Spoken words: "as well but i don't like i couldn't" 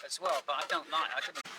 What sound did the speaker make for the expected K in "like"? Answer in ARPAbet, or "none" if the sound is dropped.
none